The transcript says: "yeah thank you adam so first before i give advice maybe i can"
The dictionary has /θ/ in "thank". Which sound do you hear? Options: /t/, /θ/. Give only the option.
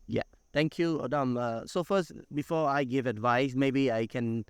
/t/